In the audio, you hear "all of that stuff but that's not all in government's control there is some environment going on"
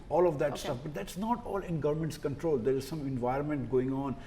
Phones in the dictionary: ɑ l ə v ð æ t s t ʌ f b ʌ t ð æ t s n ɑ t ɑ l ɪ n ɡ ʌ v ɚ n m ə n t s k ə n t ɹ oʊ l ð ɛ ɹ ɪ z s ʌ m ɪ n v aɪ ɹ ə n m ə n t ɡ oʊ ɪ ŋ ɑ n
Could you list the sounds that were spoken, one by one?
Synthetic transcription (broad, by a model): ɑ l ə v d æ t s t ʌ f b ʌ t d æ t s n ɑ t ɑ l ɪ n ɡ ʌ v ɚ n m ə n t s k ə n t ɹ oʊ l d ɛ ɹ ɪ z s ʌ m ɪ n v aɪ ɹ ə n m ə n t ɡ oʊ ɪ ŋ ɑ n